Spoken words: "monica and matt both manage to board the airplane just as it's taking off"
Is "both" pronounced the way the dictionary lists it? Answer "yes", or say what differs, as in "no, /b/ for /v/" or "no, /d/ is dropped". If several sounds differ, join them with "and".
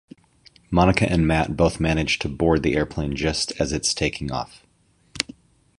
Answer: yes